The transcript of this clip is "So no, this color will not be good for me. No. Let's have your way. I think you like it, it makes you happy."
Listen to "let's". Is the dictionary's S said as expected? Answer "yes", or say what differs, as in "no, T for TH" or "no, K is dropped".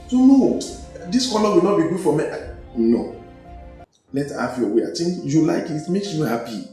no, S is dropped